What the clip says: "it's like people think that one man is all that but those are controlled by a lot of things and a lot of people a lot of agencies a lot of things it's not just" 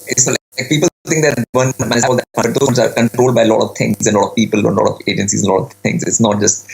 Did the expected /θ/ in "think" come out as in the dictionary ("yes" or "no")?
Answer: no